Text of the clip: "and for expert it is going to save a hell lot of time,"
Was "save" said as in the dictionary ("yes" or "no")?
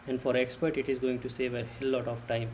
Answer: yes